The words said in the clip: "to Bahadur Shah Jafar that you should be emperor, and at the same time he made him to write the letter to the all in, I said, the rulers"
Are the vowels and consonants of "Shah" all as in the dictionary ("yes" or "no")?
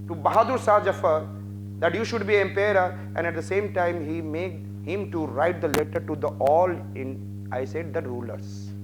no